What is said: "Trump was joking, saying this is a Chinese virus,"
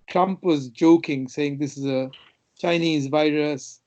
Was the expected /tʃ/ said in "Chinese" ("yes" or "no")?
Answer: yes